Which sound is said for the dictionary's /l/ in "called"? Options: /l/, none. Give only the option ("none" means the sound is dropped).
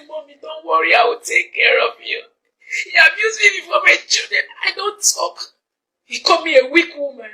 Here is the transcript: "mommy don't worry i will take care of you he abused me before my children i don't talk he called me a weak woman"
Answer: none